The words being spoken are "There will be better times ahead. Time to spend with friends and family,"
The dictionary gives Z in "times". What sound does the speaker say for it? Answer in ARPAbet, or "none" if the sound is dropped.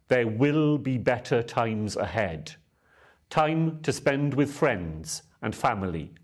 Z